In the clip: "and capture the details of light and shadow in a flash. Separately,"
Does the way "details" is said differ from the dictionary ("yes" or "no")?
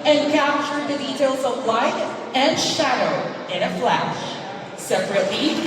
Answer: no